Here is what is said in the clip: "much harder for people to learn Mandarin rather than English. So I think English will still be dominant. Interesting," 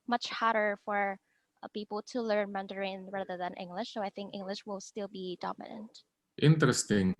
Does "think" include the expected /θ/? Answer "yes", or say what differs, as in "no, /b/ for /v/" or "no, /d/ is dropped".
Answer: yes